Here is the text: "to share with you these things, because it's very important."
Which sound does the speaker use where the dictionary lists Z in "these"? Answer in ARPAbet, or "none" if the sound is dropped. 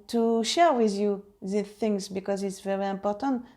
none